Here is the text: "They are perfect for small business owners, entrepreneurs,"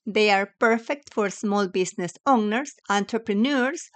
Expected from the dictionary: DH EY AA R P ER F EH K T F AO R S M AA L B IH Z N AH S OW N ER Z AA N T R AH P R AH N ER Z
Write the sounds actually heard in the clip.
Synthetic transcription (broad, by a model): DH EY AA R P ER F EH K T F AO R S M AA L B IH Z N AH S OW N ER S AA N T R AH P R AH N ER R